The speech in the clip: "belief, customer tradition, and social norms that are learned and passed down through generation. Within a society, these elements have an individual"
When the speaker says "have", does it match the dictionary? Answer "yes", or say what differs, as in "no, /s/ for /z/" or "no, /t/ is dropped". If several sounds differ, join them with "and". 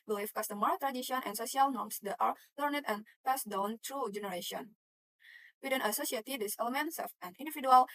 no, /f/ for /v/